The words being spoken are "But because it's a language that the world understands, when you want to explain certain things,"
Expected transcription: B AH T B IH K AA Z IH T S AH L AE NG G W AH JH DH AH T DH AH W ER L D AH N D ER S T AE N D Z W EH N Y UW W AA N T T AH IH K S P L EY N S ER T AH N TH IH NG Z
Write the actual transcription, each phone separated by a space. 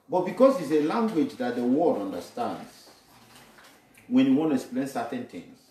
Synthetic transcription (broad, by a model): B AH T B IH K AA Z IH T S AH L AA NG G W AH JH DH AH T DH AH W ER D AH N D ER S T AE N D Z W EH N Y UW W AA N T T AH K S P L EY N S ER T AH N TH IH NG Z